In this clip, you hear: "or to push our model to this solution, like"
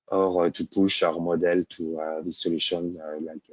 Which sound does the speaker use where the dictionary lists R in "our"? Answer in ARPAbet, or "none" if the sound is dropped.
R